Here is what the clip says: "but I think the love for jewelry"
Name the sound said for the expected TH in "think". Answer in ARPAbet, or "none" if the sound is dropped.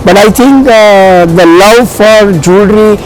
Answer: T